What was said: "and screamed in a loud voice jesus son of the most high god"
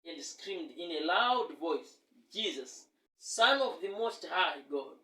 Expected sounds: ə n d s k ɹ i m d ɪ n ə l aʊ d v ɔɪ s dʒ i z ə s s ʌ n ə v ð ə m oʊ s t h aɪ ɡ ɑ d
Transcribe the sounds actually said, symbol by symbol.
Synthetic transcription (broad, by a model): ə n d s k ɹ i m d ɪ n ə l aʊ d v ɔɪ s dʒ i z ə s s ʌ n ə v ð ə m oʊ s t h aɪ ɡ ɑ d